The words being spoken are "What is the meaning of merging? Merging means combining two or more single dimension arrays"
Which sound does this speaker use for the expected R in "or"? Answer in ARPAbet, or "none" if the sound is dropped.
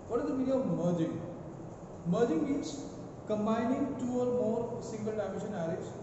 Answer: R